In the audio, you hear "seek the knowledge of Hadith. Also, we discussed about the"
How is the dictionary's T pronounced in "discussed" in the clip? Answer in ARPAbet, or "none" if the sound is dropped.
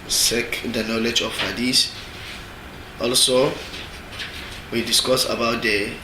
none